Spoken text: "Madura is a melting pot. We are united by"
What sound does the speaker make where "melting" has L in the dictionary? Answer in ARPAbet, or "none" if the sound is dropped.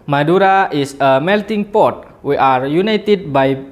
L